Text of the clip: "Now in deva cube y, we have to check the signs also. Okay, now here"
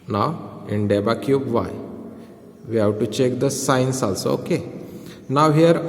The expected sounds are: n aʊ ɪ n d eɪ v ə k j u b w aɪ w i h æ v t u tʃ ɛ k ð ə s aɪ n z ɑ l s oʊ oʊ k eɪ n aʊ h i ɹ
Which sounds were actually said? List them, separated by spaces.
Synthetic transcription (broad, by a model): n aʊ ɪ n d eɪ b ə k j u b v aɪ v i h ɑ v t u tʃ ɛ k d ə s aɪ n s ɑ l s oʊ oʊ k eɪ n aʊ h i ɹ